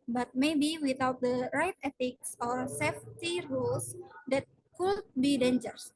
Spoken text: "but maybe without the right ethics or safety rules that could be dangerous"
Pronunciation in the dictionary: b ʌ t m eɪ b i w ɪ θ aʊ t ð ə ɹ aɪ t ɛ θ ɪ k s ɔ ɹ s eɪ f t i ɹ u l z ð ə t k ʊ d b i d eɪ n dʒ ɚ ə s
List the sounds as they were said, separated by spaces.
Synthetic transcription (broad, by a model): b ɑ t m eɪ b i w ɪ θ aʊ t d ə ɹ aɪ t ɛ t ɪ k s ɔ ɹ s eɪ f t i ɹ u l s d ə t k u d b i d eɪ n dʒ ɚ s